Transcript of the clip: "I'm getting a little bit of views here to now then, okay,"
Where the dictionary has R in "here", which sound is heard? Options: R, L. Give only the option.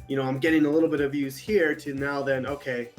R